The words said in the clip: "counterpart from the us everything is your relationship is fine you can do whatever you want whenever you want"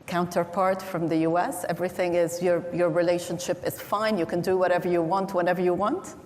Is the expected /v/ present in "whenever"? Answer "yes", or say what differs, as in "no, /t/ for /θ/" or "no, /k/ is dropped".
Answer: yes